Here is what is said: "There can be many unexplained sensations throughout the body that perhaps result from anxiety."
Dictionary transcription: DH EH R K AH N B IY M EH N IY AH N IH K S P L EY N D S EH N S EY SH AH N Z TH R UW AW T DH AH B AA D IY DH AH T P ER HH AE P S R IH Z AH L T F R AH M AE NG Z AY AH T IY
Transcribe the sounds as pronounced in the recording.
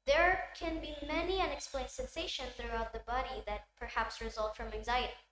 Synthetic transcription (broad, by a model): DH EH R K AH N B IY M EH N IY AH N IH K S P L EY N D S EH N S EY SH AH N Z TH R UW AW T DH AH B AA D IY DH AH T P ER HH AE P S R IH Z AH L T F R AH M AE NG Z AY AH T IY